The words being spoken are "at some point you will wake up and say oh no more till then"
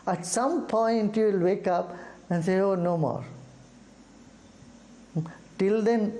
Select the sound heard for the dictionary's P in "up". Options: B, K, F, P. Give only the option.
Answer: P